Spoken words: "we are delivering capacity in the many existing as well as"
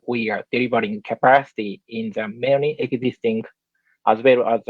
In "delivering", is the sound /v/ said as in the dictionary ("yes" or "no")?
no